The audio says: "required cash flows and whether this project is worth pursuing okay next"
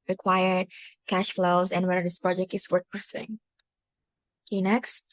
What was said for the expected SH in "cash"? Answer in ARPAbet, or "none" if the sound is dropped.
SH